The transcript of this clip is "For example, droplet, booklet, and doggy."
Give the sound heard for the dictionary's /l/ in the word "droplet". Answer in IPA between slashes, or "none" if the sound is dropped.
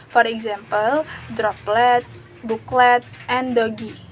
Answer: /l/